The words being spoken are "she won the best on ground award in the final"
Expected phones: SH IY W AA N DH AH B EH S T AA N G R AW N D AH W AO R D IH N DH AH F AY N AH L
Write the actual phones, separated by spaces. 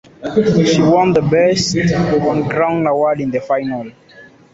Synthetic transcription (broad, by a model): SH IY W AA N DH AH B EH S T AA N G R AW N AH W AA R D IH N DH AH F AY N AH L